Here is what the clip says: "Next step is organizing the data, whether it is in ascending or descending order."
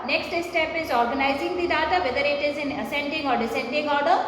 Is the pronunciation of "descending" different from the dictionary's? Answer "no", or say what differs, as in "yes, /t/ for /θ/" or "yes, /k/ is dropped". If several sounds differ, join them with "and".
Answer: no